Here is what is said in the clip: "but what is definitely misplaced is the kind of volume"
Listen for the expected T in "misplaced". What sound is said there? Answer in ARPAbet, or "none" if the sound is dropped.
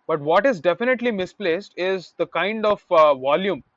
T